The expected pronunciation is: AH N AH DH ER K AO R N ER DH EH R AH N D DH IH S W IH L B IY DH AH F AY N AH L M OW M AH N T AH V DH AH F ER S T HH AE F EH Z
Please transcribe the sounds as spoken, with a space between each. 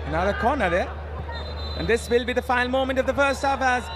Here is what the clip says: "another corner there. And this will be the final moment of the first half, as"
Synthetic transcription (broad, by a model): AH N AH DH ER K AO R N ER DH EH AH N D DH IH S W IH L B IY DH AH F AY AH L M OW M AH N T AH V DH AH F ER S T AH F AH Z